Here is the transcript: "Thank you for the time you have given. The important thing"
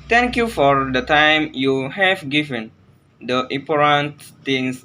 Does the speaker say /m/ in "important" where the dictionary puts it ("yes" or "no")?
no